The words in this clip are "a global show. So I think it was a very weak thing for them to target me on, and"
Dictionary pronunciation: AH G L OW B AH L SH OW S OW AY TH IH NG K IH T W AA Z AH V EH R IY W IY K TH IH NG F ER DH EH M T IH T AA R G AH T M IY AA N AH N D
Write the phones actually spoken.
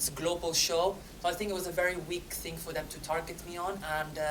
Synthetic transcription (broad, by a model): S G L OW B AH L SH OW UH AY TH IH NG K IH T W AA Z AH V EH R IY W IY K TH IH NG F ER DH EH M T IH T AA R G AH T M IY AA N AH N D